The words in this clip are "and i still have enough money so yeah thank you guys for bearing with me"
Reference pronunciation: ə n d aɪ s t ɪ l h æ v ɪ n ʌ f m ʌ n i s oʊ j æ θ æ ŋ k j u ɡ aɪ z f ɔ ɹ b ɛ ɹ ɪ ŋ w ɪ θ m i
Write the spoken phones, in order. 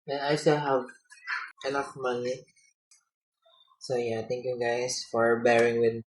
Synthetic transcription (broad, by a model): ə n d aɪ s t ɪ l h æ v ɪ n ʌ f m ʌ n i s oʊ j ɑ t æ ŋ k j u ɡ aɪ s f ɔ ɹ b ɛ ɹ ɪ ŋ w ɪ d